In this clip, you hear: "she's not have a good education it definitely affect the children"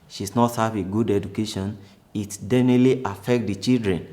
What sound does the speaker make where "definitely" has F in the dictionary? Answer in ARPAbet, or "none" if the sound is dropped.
none